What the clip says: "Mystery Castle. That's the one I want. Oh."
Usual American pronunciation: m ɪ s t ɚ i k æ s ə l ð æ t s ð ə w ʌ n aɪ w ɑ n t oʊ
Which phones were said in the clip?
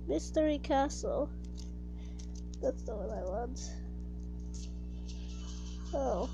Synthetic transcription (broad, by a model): m ɪ s t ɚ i k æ s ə l ð æ t s ð ə w ʌ n aɪ w ɑ n t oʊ